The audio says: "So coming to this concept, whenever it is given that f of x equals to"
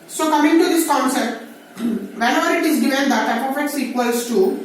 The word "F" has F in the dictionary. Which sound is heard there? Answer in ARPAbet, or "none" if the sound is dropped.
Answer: P